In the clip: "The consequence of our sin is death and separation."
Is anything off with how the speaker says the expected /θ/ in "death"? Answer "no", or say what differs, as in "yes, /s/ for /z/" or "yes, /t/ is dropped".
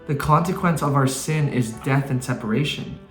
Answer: no